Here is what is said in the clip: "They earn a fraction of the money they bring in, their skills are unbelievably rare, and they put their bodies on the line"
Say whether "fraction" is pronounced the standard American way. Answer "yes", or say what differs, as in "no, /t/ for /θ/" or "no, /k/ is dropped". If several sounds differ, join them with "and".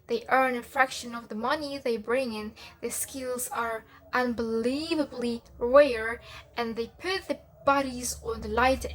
yes